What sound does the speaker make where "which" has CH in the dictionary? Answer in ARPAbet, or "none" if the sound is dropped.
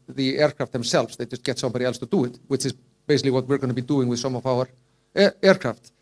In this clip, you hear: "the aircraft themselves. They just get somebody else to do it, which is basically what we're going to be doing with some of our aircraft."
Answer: CH